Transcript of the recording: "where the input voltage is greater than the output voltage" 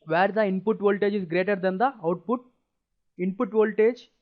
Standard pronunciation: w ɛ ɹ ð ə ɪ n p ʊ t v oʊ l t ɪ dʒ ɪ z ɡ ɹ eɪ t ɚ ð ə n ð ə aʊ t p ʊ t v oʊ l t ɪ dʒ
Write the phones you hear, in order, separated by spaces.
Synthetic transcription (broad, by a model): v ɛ ɹ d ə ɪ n p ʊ t v oʊ l t ɪ dʒ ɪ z ɡ ɹ eɪ t ɚ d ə n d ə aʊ t p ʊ t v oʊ l t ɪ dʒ